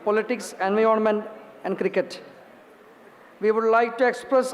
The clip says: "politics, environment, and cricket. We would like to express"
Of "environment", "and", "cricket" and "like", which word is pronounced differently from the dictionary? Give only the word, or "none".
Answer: environment